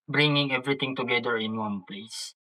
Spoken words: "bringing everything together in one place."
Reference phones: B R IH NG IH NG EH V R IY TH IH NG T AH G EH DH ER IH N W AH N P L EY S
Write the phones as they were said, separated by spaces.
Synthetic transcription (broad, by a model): B R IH NG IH NG EH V R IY T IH NG T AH G EH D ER IH N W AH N P L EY S